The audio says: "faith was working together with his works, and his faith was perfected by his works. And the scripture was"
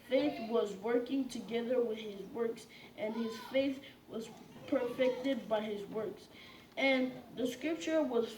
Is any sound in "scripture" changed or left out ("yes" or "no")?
no